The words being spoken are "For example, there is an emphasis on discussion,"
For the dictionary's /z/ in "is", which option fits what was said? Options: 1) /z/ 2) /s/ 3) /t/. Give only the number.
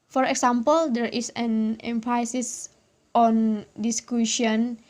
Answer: 2